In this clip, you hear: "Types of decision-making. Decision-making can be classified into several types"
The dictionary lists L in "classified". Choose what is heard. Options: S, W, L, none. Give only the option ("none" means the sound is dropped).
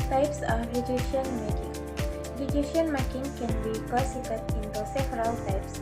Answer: none